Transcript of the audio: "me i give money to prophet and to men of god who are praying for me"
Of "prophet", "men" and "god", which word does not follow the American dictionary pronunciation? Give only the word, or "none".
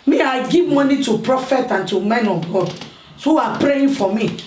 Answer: none